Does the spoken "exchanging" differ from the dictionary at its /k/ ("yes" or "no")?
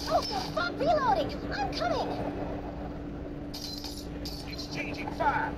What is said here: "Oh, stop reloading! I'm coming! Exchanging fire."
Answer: yes